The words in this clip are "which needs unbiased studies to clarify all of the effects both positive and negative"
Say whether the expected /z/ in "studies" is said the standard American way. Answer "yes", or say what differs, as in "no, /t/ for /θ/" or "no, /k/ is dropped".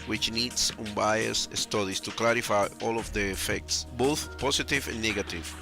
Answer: no, /s/ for /z/